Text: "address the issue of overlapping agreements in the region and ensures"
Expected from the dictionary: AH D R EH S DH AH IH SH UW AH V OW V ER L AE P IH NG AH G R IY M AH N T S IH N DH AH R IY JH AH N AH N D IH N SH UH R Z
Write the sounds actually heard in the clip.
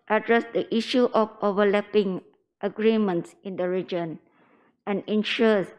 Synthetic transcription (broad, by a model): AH D R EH S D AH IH SH UW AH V OW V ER L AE P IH NG AH G R IY M AH N T S IH N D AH R IY JH AH N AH N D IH N SH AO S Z